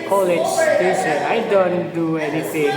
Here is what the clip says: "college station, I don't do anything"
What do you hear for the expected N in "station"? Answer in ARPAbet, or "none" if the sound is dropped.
none